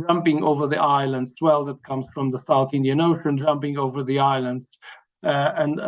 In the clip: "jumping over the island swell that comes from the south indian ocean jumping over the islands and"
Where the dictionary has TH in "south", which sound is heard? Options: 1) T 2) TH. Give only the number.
2